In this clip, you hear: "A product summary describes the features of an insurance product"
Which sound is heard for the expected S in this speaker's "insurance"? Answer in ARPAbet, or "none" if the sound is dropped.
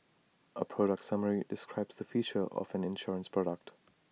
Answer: S